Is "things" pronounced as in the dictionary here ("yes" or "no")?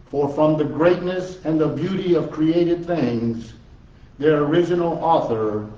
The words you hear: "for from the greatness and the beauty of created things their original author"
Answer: yes